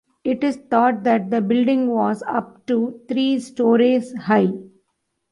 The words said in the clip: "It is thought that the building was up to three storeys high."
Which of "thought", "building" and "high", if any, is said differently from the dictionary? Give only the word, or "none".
thought